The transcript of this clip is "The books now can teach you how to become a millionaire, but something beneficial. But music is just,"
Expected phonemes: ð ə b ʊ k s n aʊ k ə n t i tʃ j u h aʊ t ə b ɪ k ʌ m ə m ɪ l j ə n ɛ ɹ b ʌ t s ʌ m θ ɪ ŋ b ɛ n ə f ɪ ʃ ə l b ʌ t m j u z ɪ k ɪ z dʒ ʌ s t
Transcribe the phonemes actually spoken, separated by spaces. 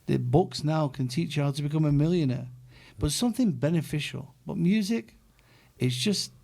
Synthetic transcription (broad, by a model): ð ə b ʊ k s n aʊ k ə n t i tʃ h aʊ t ə b ɪ k ʌ m ə m ɪ l j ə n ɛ ɹ b ʌ t s ʌ m θ ɪ ŋ b ɛ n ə f ɪ ʃ l b ʌ t m j u z ɪ k ɪ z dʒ ʌ s t